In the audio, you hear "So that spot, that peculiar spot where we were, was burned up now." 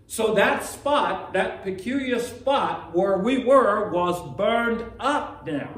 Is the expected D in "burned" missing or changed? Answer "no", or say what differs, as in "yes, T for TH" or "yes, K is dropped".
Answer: no